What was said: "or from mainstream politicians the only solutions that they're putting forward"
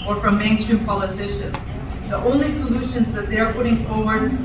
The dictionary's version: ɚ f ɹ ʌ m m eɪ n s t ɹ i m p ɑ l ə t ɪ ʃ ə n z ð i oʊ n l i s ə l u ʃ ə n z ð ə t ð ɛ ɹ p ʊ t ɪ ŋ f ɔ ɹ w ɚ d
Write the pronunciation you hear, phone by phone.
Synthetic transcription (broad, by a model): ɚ f ɹ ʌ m m eɪ n s t ɹ i m p ɑ l ə t ɪ ʃ ə n z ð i oʊ n l i s ə l u ʃ ə n z ð ə t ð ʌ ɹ p ʊ t ɪ ŋ f ɔ ɹ w ɚ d